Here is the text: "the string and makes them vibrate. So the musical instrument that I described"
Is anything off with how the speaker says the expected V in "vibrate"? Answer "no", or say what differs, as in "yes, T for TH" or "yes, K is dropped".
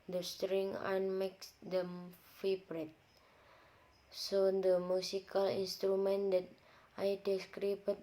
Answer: yes, F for V